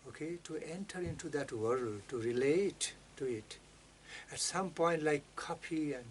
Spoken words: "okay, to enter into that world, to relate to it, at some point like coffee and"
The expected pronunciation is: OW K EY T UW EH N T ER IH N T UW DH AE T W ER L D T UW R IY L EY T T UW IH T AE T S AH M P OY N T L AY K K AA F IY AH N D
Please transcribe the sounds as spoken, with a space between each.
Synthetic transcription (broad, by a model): OW K EY T UW EH N T ER IH N T UW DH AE T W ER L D T UW R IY L EY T T UW IH T AE T S AH M P OY N T L AY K K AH P IY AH N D